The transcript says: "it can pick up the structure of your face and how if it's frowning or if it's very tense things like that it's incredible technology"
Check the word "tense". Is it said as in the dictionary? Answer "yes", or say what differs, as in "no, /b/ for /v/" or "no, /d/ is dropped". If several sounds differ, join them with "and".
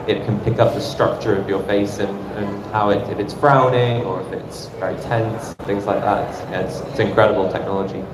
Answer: yes